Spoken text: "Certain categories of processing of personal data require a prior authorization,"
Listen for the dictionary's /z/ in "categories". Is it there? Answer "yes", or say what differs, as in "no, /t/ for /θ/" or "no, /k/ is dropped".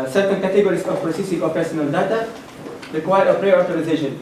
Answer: no, /s/ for /z/